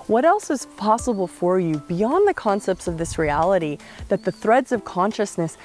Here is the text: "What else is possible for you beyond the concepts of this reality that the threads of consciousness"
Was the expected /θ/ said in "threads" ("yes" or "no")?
yes